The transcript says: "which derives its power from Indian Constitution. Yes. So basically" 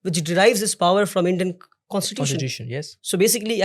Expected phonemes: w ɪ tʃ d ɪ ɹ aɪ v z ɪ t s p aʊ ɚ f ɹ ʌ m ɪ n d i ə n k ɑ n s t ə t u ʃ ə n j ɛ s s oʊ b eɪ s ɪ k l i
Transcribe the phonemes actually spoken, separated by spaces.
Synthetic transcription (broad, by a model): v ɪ tʃ d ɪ ɹ aɪ v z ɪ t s p aʊ ɚ f ɹ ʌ m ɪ n d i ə n k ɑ n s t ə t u s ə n j ɛ s s oʊ b eɪ s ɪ k l i